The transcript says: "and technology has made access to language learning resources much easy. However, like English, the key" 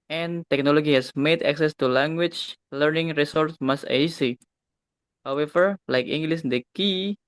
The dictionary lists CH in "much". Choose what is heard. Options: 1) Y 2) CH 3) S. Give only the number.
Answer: 3